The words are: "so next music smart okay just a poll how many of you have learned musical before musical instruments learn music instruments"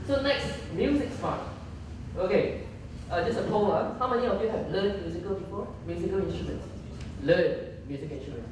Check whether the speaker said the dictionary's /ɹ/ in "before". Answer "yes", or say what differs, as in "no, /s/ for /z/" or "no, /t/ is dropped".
no, /l/ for /ɹ/